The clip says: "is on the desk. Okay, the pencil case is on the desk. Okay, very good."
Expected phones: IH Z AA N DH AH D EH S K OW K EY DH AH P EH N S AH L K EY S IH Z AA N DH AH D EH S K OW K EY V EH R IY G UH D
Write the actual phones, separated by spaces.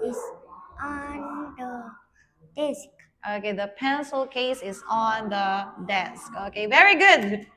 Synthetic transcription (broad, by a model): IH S AA N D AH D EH S K OW K EY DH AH P EH N S AH L K EY S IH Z AA N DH AH D EH S K OW K EY V EH R IY G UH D